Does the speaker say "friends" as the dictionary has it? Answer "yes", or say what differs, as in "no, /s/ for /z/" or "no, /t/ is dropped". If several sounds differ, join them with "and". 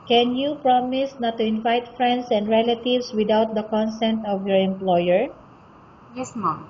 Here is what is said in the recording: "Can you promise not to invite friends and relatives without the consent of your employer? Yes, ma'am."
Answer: no, /s/ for /z/